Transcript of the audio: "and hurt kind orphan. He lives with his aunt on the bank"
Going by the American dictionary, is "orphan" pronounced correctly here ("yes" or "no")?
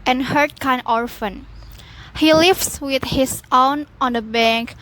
yes